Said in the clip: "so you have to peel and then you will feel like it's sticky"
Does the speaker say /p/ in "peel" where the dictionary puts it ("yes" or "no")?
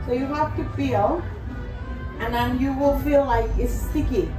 no